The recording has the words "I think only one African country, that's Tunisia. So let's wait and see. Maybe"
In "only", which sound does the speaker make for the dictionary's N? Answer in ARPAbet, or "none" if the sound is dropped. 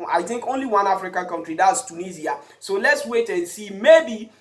N